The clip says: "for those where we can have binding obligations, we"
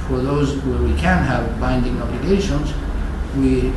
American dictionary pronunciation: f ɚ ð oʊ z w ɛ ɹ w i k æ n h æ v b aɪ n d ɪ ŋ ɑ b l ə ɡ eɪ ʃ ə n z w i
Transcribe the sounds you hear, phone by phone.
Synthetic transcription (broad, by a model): f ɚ ð oʊ z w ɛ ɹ w i k æ n h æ v b aɪ n d ɪ ŋ ɑ b l ə ɡ eɪ ʃ ə n z w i